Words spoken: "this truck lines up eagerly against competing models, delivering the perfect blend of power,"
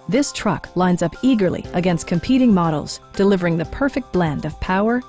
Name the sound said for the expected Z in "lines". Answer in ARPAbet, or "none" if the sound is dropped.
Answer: Z